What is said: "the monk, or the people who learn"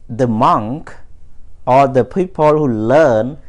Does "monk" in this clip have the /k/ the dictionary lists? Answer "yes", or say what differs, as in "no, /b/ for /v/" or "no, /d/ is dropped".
yes